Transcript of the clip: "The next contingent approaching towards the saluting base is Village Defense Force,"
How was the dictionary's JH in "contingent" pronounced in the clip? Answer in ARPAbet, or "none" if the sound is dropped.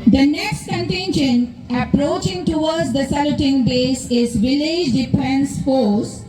SH